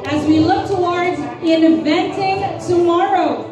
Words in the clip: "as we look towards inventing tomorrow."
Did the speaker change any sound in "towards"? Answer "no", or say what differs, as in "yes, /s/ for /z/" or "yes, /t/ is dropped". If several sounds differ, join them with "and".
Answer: no